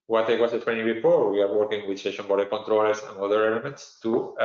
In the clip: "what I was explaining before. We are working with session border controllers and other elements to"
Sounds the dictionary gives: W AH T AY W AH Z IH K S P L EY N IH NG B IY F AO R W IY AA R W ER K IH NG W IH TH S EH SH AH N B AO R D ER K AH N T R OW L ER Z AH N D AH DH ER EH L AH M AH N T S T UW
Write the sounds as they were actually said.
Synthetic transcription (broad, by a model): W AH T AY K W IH S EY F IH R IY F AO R W IY AA R W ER K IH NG W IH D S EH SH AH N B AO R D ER K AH N T R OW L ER S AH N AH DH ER EH L AH M AH N T S T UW